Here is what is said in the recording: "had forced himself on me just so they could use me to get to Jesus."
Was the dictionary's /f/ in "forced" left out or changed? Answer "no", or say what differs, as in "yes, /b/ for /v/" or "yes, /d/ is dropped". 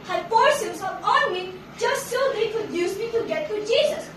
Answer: yes, /p/ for /f/